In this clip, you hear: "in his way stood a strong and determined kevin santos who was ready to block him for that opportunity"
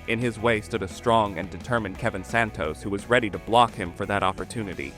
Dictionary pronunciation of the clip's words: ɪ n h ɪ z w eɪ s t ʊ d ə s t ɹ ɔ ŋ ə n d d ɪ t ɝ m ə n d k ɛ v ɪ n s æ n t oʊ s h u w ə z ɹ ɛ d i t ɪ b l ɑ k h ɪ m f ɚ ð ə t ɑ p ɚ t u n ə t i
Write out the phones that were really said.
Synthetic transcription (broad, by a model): ɪ n ɪ z w eɪ s t ʊ d ə s t ɹ ɔ ŋ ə n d d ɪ t ɝ m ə n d k ɛ v ɪ n s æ n t oʊ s h u w ə z ɹ ɛ d i t ɪ b l ɑ k h ɪ m f ɚ ð ə t ɑ p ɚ t u n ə t i